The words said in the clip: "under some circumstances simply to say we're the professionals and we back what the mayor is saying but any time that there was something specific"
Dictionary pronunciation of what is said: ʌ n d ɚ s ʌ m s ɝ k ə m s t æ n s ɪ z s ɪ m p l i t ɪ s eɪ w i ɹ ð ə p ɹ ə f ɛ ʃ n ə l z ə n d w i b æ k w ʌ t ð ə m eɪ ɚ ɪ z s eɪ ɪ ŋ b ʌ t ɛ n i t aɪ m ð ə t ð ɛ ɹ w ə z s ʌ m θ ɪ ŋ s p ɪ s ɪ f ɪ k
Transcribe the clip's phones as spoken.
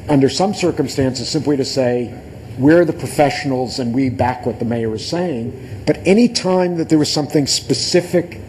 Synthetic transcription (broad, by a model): ʌ n d ɚ s ʌ m s ɝ k ə m s t æ n s ɪ z s ɪ m p l i t ɪ s eɪ w i ɹ ð ə p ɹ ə f ɛ ʃ n l z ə n w i b æ k w ʌ t ð ə m eɪ ɚ ɪ z s eɪ ɪ ŋ b ʌ t ɛ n i t aɪ m ð ə t ð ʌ ɹ w ə z s ʌ m θ ɪ ŋ s p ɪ s ɪ f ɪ k